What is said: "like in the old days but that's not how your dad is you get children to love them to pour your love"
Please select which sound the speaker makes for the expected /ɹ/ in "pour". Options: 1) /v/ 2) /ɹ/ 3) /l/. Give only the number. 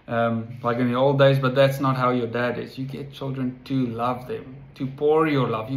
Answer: 2